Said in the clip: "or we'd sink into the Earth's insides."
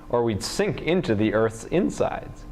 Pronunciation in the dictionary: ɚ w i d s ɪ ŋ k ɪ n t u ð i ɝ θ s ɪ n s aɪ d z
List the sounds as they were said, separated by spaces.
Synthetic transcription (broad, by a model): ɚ w i d s ɪ ŋ k ɪ n t u ð i ɝ θ s ɪ n s aɪ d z